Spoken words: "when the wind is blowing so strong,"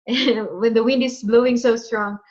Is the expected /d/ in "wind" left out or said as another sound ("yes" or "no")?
no